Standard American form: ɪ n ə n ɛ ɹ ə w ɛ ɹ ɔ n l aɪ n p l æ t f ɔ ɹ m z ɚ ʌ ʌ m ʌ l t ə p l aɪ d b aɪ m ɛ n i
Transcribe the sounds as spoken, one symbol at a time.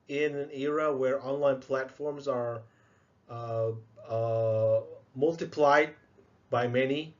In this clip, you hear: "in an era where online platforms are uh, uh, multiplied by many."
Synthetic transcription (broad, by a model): ɪ n ə n ɛ ɹ ə w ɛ ɹ ɔ n l aɪ n p l æ t f ɔ ɹ m z ɚ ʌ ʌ m ʌ l t ə p l aɪ d b aɪ m ɛ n i